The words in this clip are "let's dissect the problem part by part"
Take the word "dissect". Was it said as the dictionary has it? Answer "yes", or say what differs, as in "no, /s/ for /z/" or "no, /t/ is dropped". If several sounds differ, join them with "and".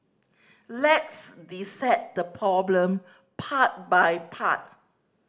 no, /k/ is dropped